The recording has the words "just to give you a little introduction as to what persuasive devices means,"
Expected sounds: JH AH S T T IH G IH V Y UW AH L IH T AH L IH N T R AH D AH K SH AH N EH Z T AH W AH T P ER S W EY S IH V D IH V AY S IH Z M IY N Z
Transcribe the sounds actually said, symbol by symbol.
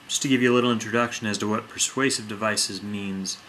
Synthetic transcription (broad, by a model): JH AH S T T IH G IH V Y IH AH L IH T L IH N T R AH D AH K SH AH N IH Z T AH W AH T P ER S W EY S IH V D IH V AY S IH Z M IY N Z